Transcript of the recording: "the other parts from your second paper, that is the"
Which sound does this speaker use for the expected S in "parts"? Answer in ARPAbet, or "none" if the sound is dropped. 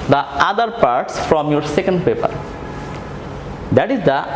S